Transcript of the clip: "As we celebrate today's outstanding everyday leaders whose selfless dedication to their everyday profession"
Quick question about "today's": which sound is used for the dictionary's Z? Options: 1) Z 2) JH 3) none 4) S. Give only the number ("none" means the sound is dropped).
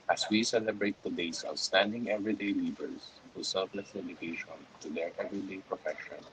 4